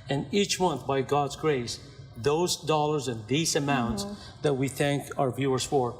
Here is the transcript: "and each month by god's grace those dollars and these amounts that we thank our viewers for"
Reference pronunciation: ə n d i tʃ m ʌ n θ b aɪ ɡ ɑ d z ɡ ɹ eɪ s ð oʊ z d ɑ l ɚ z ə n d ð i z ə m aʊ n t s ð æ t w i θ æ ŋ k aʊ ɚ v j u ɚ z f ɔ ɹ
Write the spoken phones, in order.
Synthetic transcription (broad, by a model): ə n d i tʃ m ʌ n θ b aɪ ɡ ɑ d z ɡ ɹ eɪ s ð oʊ z d ɑ l ɚ z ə n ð i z ə m aʊ n t s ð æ t w i θ æ ŋ k aʊ ɚ v j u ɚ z f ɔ ɹ